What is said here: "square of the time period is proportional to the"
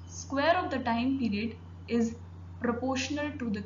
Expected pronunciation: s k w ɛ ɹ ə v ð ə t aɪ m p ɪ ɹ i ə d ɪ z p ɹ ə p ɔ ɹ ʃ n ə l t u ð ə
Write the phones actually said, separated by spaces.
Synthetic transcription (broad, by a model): s k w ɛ ɹ ə v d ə t aɪ m p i ɹ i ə d ɪ z p ɹ ə p ɔ ɹ ʃ n ə l t u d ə